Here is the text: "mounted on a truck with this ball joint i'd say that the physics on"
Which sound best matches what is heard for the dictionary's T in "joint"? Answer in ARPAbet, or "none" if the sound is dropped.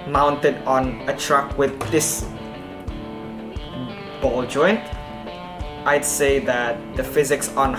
T